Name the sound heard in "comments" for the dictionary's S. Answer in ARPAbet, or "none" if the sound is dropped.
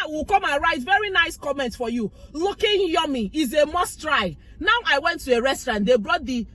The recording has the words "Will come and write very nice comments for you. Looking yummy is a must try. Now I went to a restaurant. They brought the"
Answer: none